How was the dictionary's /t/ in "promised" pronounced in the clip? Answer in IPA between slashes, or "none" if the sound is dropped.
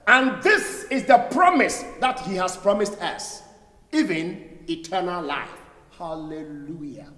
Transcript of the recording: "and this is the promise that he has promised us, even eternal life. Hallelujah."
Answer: /t/